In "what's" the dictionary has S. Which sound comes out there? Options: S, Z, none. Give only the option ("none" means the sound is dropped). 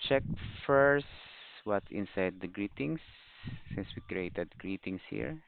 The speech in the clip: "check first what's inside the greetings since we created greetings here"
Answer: none